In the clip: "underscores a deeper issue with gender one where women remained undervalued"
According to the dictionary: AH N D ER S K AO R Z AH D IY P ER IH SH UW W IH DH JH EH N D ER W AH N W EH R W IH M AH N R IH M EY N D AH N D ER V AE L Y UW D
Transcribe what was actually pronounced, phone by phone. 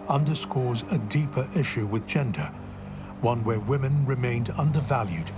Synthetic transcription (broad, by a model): AH N D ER S K AO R Z AH D IY P ER IH SH UW W IH DH JH EH N D ER W AH N W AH R W IH M AH N R IH M EY N D AH N D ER V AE L Y UW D